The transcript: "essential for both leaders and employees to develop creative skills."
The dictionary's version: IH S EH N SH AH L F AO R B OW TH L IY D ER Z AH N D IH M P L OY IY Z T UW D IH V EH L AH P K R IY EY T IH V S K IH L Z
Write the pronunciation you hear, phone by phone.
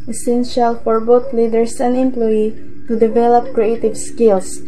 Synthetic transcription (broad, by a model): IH S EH N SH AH L F AO R B OW T L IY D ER S AH N D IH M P L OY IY T UW D IH V EH L AH P K R IY EY T IH V S K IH L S